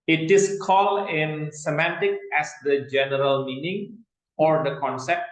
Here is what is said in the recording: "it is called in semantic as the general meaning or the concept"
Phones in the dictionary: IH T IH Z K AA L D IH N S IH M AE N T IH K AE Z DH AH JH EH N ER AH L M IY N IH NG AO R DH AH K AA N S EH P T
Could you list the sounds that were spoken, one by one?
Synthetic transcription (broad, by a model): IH T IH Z K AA L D IH N S IH M AE N T IH K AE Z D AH JH EH N ER AH L M IY N IH NG AO R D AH K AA N S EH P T